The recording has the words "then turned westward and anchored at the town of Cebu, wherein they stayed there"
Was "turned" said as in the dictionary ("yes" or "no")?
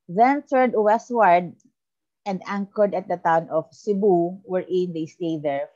no